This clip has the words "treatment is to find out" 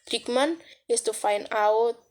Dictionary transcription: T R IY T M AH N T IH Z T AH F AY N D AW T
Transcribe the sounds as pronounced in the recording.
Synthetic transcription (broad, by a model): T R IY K M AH N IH S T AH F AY N AW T